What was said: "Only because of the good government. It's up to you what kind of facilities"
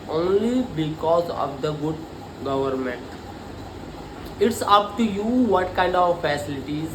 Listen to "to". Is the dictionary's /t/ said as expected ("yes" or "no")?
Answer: yes